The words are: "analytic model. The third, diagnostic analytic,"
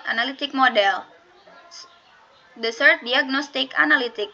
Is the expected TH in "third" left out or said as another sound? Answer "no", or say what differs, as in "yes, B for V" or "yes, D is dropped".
yes, S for TH